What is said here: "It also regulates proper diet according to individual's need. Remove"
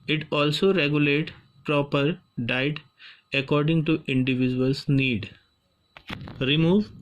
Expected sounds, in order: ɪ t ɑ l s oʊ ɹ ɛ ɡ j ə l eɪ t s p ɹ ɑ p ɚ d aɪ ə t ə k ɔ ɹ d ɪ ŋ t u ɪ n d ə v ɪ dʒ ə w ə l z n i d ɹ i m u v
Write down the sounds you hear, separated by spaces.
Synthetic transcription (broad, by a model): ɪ t ɑ l s oʊ ɹ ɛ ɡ j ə l eɪ t p ɹ ɑ p ɚ d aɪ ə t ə k ɔ ɹ d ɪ ŋ t u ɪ n d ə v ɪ dʒ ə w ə l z n i d ɹ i m u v